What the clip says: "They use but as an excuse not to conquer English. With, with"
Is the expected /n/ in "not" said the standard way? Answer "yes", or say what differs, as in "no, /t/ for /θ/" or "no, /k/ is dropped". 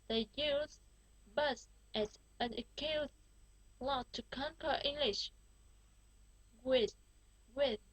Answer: no, /l/ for /n/